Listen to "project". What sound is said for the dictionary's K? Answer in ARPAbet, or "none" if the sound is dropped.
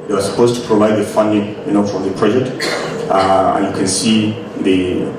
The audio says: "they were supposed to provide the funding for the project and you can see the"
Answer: none